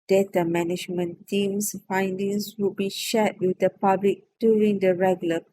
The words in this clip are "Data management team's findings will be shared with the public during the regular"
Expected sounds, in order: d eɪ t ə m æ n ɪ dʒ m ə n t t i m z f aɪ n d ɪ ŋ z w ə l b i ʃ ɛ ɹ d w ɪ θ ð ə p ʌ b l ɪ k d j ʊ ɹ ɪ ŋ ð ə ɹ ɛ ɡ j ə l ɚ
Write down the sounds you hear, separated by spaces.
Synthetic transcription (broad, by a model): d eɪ t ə m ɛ n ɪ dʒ m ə n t t i m s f aɪ n d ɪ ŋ s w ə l b i ʃ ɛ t w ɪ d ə p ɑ b l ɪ k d j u ɹ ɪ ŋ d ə ɹ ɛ ɡ j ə l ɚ